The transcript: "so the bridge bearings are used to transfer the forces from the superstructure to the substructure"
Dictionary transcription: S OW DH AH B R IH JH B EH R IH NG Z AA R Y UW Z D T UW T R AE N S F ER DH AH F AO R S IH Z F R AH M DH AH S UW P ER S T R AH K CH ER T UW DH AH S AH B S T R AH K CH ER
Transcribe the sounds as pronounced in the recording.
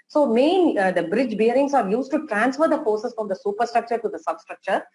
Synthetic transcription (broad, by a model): S OW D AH B R IH JH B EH R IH NG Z AA R Y UW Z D T UW T R AE N S F ER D AH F AO R S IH S F R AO M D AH S UW P ER S T R AH K CH ER T UW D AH S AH B S T R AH K CH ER